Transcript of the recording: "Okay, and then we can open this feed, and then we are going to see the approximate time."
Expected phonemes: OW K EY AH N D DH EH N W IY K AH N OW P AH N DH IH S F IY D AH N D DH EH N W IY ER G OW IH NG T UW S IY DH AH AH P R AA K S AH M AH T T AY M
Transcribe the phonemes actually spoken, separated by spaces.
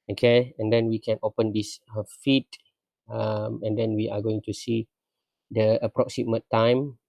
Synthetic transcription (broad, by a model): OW K EY AH N D EH N W IY K AH N OW P AH N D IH S F IY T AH N D EH N W IY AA G OW IH NG T UW S IY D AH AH P R AA K S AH M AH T T AY M